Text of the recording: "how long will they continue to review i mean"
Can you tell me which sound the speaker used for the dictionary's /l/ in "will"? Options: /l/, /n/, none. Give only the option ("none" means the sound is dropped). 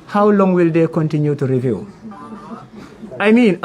/l/